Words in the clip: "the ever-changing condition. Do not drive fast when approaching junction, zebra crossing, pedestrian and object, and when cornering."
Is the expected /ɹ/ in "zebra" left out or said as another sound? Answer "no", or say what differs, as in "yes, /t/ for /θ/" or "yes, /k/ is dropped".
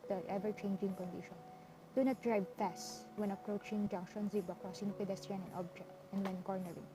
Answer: yes, /ɹ/ is dropped